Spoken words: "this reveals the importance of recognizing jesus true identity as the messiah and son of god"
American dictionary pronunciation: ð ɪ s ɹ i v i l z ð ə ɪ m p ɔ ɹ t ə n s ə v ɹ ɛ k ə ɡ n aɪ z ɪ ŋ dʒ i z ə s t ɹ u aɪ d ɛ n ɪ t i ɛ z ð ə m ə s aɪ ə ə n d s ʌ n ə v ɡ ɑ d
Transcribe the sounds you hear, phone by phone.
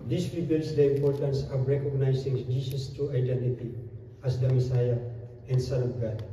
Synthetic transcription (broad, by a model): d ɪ s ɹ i b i l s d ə ɪ m p ɔ ɹ t ə n s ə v ɹ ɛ k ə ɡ n aɪ s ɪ ŋ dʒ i s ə s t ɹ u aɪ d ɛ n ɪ t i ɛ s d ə m ə s aɪ ə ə n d s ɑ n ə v ɡ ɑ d